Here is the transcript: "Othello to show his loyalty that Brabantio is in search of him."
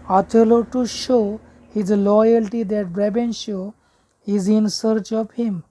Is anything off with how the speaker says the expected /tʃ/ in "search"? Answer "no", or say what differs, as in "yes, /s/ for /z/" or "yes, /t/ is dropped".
no